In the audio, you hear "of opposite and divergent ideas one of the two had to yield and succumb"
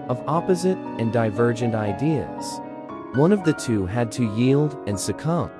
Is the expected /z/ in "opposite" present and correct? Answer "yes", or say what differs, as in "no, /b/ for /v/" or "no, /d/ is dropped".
yes